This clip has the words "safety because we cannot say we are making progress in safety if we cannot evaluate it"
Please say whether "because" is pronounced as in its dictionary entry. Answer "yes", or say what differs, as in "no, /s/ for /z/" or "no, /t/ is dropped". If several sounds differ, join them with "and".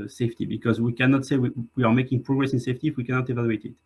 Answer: yes